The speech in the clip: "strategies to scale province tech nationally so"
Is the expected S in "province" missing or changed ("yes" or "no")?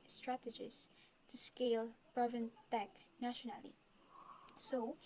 yes